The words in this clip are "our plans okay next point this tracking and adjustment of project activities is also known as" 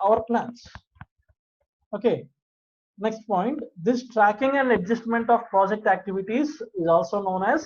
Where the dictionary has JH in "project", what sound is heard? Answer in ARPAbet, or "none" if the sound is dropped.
JH